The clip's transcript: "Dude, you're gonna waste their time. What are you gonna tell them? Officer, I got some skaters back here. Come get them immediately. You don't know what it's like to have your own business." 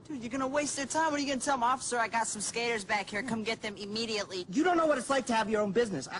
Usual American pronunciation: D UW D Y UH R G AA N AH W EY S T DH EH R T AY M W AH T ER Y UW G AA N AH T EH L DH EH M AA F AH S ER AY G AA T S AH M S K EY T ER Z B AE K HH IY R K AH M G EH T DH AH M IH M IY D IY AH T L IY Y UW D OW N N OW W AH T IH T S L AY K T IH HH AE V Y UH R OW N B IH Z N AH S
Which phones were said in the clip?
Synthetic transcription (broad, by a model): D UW Y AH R G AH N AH W EY S T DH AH R T AY M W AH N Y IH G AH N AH T EH L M AA F AH S ER AY G AA T S AH M S K EY T ER Z B AE K HH IY R K AH M G EH T DH AH M IH M IY D IY AH T L IY Y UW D OW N N OW W AH T IH T S L AY K T IH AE V Y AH R OW N B IH Z N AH S